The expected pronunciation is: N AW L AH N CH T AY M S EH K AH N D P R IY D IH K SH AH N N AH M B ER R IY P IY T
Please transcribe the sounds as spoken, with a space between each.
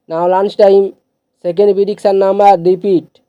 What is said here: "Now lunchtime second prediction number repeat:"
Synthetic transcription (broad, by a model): N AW L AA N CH T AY M S EH K AH N D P IY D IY K S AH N N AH M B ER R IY P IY T